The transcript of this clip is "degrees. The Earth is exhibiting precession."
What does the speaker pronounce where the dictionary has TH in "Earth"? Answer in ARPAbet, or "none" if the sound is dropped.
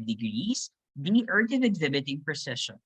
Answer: T